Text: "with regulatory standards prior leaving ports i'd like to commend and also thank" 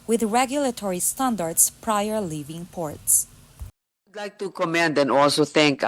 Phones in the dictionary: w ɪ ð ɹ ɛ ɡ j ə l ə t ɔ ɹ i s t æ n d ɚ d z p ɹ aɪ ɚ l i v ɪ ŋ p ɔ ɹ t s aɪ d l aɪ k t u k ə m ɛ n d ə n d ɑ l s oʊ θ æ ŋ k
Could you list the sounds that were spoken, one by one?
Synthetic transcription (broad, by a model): w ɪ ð ɹ ɛ ɡ j ə l ə t ɔ ɹ i s t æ n d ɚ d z p ɹ aɪ ɚ l i v ɪ ŋ p ɔ ɹ t s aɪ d l aɪ k t u k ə m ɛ n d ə n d ɑ l s oʊ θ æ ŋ k